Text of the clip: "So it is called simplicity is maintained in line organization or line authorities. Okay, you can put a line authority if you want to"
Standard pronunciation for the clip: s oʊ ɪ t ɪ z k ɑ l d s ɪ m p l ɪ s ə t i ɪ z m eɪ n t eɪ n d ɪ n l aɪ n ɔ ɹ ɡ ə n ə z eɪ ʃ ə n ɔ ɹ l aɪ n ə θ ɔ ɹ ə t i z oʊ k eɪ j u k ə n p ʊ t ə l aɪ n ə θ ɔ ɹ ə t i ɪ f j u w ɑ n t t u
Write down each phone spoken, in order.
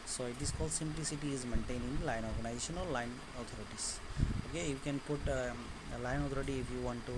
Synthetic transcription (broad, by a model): s oʊ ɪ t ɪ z k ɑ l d s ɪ m p l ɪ s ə t i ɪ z m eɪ n t eɪ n ɪ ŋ l aɪ n ɔ ɹ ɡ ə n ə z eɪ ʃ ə n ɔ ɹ l aɪ n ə t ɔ ɹ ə t i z oʊ k eɪ j u k ə n p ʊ t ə l aɪ n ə t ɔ ɹ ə t i ɪ f j u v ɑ n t t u